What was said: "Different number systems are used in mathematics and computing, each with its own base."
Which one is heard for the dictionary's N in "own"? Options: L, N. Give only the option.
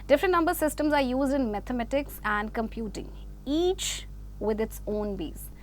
N